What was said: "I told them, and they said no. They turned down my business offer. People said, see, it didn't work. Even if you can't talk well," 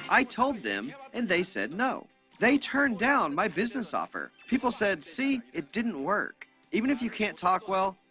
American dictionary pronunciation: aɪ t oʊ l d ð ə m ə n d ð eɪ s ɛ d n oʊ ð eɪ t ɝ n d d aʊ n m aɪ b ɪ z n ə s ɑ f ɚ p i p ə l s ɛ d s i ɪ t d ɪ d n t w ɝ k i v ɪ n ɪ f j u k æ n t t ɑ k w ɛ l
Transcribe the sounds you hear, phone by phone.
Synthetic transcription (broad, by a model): aɪ t oʊ l d ð ə m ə n ð eɪ s ɛ d n oʊ ð eɪ t ɝ n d d aʊ n m aɪ b ɪ z n ə s ɑ f ɚ p i p l s ɛ d s i ɪ t d ɪ d n t w ɝ k i v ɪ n ɪ f j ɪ k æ n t t ɑ k w ɛ l